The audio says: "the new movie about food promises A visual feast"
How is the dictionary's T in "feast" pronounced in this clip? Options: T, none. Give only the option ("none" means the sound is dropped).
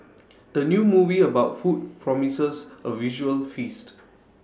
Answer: T